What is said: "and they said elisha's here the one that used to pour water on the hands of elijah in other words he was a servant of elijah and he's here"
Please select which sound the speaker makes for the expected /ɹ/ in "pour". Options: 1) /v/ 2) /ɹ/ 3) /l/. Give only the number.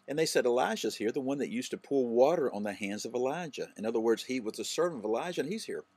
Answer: 3